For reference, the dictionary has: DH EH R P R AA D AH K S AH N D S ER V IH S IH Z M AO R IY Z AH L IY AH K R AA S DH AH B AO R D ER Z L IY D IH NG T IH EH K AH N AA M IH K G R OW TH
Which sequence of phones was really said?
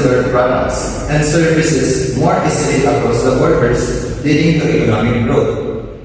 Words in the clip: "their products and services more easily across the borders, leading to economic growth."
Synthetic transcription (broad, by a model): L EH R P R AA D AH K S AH N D S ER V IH S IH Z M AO R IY S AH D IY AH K AA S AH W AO R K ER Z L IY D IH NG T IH EH K AH N AA M IH K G R OW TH